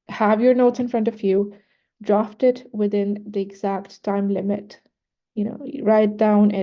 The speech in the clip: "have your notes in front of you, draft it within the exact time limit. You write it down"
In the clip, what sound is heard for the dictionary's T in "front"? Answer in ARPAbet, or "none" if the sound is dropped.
T